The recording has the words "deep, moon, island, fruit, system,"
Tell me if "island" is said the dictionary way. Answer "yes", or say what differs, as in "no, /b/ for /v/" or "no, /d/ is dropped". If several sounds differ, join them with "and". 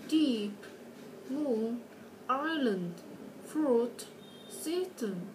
yes